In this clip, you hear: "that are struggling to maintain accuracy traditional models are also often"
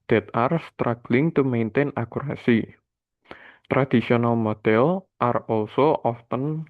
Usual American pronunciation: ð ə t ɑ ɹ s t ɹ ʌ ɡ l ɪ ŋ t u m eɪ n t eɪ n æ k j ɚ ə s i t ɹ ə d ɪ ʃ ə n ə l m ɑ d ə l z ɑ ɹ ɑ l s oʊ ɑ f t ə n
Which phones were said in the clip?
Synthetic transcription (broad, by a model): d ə t ɑ ɹ s t ɹ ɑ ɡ l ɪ ŋ t u m eɪ n t eɪ n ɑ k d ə s i t ɹ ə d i s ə n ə l m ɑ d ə l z ɑ ɹ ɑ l s oʊ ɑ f t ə n